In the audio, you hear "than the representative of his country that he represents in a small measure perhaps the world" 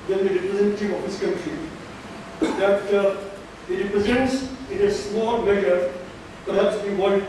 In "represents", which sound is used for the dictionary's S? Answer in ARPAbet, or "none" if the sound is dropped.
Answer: S